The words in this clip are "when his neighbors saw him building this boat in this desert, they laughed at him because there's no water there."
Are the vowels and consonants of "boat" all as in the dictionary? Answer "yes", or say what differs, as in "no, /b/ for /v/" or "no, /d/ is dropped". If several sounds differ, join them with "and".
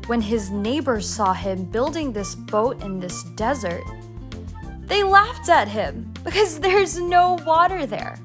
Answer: yes